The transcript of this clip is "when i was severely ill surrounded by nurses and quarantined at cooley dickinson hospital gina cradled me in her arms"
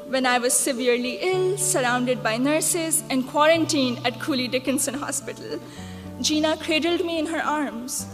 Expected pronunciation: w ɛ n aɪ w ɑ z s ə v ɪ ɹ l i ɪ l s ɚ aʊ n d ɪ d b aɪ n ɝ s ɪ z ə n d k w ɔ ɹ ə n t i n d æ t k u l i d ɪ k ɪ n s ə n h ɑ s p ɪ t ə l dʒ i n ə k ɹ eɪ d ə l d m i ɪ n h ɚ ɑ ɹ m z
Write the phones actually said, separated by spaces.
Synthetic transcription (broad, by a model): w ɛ n aɪ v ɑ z s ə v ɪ ɹ l i ɪ l s ɚ aʊ n d ɪ d b aɪ n ɝ s ɪ z ə n d k w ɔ ɹ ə n t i n æ t k u l i d ɪ k ɪ n s ə n h ɑ s p ɪ t ə l dʒ i n ə k ɹ eɪ d ə l d m i ɪ n h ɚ ɑ ɹ m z